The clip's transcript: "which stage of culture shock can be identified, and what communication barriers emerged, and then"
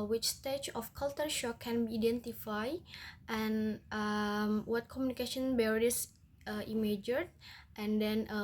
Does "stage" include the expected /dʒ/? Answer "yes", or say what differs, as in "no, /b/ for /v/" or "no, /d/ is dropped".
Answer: no, /tʃ/ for /dʒ/